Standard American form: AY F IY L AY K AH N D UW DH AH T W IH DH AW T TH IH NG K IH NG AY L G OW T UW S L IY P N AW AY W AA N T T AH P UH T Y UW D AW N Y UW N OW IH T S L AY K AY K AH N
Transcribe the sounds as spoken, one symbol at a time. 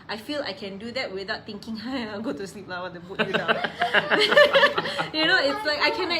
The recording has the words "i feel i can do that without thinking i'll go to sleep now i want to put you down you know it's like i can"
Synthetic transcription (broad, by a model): AY F IY L AY K AH N D UW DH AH T W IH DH AW T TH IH NG K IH NG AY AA G OW T UW S L IY P L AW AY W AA T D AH B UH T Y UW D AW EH Y UW N OW IH T S L AY K AY K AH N